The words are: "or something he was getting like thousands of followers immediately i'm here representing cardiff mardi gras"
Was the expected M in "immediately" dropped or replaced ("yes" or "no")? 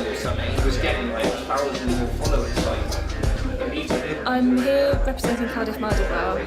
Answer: yes